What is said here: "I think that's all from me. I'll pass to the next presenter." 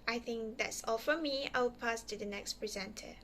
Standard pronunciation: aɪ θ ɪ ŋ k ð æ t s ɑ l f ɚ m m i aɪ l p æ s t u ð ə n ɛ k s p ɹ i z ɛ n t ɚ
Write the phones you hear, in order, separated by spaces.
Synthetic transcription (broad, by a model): aɪ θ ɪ ŋ k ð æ t s ɑ l f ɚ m m i aɪ w p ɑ s t u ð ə n ɛ k s p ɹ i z ɛ n t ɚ